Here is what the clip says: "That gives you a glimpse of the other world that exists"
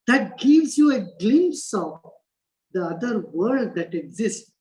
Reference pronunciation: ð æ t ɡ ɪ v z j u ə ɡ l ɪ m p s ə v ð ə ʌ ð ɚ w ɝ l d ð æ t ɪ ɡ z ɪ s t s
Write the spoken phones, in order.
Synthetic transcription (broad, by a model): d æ t ɡ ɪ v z j u ə ɡ l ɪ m s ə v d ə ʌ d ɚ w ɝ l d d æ t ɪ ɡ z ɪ s t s